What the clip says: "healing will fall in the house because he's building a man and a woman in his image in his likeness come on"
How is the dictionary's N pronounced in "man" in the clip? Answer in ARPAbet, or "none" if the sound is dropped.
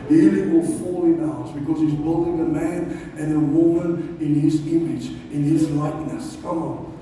N